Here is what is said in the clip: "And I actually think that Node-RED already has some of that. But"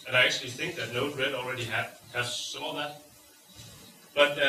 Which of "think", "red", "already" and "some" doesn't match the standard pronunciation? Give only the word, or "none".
none